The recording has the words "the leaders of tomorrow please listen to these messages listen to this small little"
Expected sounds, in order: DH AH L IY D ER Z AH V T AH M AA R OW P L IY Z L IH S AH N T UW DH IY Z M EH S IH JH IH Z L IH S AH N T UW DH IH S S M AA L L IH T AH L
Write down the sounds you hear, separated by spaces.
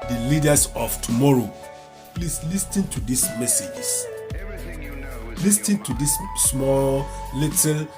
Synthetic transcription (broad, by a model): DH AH L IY D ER S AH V T AH M AA R OW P L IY S L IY S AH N T UW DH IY S M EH S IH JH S L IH S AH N T UW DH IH S S M AA L L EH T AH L